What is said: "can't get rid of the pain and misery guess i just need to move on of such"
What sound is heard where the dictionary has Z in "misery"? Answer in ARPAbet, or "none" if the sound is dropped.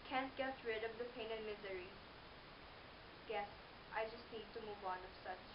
Z